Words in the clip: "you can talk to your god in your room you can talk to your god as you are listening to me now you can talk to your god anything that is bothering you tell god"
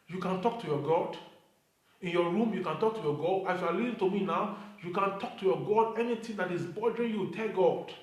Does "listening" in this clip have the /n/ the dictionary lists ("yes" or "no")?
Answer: no